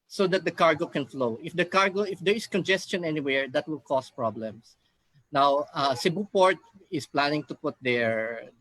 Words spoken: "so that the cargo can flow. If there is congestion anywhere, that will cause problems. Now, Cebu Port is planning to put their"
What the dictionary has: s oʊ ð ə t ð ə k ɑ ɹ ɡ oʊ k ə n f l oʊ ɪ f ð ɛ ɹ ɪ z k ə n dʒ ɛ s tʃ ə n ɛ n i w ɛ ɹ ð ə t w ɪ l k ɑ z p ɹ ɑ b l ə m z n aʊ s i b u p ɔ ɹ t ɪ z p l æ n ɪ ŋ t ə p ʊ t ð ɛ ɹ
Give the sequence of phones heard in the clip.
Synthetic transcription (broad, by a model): s oʊ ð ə t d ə k ɑ ɹ ɡ oʊ k ə n f l oʊ ɪ f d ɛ ɹ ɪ s k ə n dʒ ɛ s tʃ ə n ɛ n i w ɛ ɹ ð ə t w ɪ l k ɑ s p ɹ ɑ b l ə m s n aʊ s i b u p ɔ ɹ t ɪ s p l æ n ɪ ŋ t ə p ʊ t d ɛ ɹ